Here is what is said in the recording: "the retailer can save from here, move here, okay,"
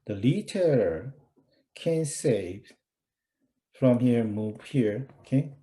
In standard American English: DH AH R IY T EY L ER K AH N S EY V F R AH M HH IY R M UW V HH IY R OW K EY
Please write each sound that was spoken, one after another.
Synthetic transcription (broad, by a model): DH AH L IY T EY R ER K AH N S EY V F R AH M HH IY R M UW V HH IY R K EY